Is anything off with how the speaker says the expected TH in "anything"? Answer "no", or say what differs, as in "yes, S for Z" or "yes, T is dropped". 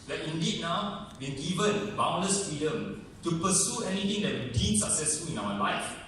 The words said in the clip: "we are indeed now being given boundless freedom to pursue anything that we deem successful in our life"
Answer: yes, T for TH